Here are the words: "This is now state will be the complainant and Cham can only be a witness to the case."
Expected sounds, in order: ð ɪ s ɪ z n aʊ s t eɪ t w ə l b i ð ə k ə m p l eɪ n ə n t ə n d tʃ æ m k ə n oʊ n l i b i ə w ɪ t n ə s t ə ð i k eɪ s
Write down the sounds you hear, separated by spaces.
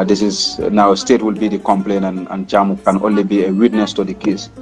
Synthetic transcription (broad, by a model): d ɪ s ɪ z n aʊ s t eɪ t w ə l b i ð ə k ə m p l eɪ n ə n ə n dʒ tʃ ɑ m k ə n oʊ n l i b i ə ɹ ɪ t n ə s t ə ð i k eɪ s